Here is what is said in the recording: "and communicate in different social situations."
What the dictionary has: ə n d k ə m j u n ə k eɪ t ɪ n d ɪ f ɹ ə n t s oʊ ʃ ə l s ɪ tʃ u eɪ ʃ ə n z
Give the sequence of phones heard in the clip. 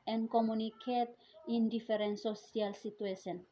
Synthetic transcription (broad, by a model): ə n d k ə m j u n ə k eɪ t ɪ n d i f ɹ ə n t s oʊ s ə l s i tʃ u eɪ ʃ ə n